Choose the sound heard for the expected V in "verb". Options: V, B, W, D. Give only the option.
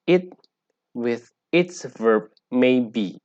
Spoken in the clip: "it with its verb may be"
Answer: V